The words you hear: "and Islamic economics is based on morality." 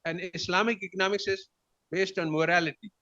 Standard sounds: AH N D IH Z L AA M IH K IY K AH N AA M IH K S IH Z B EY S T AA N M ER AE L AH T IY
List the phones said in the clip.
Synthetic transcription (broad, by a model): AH N D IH S L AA M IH K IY K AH N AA M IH K S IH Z B EY S T AA N M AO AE L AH T IY